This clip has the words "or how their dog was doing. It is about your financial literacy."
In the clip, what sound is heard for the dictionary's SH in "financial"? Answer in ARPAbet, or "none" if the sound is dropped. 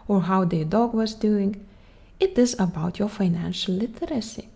SH